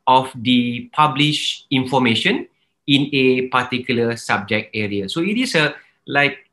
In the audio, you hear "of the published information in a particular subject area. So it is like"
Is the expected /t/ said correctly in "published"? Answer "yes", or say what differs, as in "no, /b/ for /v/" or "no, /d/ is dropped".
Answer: no, /t/ is dropped